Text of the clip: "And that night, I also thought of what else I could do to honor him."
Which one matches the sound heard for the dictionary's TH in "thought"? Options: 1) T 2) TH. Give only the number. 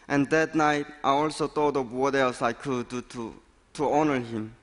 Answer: 1